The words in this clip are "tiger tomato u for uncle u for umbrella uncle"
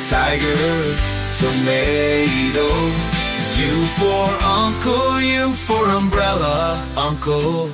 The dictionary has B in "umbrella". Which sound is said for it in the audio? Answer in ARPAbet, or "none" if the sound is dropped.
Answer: B